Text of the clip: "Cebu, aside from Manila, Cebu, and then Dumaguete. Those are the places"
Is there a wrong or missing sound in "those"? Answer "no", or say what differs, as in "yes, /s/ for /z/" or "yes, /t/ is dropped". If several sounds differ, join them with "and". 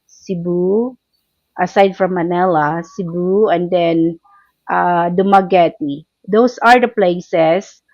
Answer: yes, /s/ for /z/